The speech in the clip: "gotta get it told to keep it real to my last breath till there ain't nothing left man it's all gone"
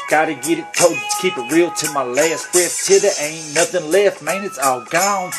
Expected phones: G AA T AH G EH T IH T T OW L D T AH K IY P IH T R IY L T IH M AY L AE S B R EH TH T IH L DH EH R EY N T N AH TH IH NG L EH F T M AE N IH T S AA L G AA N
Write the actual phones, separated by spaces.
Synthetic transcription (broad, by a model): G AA T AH G EH T IH T T OW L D T AH K IY P IH T R IY L T IH M AY L AE S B R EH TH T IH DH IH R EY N N AH TH IH NG L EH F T M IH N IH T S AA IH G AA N